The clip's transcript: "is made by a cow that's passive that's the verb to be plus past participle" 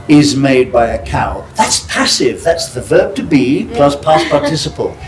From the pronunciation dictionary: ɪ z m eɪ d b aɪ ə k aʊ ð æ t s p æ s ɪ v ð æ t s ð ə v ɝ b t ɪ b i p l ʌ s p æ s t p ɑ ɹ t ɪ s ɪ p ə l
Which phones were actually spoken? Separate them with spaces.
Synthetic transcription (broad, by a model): ɪ z m eɪ d b aɪ ə k aʊ ð æ t s p æ s ɪ v ð æ t s ð ə v ɝ b t ɪ b i p l ʌ s p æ s p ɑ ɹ t ɪ s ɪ p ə l